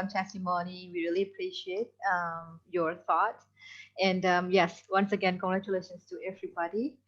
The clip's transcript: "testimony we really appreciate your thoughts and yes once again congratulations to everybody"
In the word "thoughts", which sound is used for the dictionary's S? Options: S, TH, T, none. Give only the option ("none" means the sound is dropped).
none